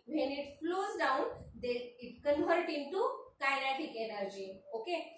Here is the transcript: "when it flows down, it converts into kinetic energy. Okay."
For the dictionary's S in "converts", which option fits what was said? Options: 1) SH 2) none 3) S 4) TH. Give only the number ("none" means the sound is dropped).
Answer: 2